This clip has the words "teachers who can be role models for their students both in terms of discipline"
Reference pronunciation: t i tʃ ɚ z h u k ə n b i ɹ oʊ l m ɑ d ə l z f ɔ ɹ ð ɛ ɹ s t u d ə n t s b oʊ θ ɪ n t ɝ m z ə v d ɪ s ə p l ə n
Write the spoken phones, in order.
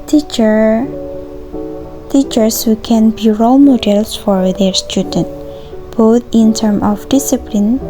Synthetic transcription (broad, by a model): t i tʃ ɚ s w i k ə n b i ɹ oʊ l m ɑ d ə l s f ɔ ɹ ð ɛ ɹ s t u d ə n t b oʊ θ ɪ n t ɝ m ə f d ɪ s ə p l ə n